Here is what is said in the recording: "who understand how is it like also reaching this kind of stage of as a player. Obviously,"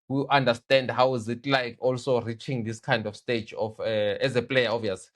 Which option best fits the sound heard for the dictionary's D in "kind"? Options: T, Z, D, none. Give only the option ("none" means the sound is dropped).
D